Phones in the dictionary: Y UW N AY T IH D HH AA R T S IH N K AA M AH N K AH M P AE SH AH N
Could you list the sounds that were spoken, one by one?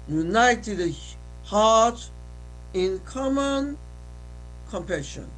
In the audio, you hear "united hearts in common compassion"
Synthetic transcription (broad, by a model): Y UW N AY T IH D HH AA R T IH N K AA M AH N K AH M P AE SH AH N